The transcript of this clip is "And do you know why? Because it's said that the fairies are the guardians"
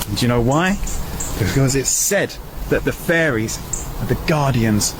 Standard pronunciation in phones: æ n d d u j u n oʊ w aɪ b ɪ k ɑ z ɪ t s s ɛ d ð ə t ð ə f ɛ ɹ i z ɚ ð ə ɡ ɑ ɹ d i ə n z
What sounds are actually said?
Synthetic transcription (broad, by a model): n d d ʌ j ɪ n oʊ w aɪ b ɪ k ɑ z ɪ t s s ɛ d ð ə t ð ə f ɛ ɹ i z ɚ ð ə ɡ ɑ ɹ d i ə n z